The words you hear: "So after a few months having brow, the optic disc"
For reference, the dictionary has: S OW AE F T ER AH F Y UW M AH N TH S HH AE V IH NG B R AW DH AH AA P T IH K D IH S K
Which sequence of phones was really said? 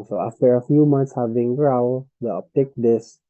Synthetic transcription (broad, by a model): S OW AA F T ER AH F Y UW M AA N T S HH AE V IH NG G R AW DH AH AA P T IH K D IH S